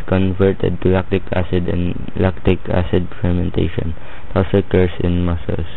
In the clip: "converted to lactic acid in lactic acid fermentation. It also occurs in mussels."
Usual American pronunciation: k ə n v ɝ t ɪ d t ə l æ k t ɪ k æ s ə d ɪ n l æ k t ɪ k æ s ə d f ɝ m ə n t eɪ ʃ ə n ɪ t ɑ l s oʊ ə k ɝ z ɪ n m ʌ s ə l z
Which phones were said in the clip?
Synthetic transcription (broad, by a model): k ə n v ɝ t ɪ d t ə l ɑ k t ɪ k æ s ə d ɪ n l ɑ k t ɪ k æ s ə d f ɝ m ə n t eɪ ʃ ə n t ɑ w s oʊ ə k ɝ s ɪ n m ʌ s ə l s